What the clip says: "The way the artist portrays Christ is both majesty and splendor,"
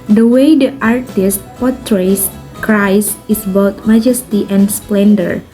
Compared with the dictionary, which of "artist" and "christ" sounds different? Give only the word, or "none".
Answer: christ